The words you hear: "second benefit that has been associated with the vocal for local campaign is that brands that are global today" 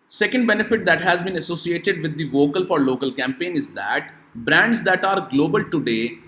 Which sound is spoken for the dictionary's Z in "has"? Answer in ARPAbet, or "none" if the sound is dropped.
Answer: Z